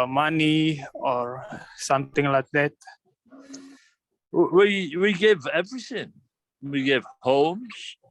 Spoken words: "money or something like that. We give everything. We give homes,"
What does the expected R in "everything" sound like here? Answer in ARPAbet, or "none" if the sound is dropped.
R